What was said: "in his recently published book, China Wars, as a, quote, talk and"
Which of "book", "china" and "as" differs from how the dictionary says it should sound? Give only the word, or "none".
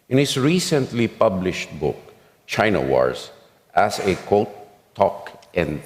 as